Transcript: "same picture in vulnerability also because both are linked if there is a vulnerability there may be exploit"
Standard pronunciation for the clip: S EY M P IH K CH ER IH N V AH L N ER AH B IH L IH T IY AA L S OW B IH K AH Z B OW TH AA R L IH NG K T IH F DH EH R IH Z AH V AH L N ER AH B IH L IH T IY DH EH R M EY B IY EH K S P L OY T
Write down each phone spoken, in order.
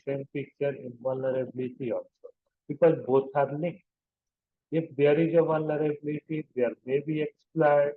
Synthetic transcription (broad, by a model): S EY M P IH K CH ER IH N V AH L N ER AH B L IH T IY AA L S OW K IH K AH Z B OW T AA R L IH K IH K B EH R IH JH AH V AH L N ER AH B L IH T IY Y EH R M EY B IY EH K S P L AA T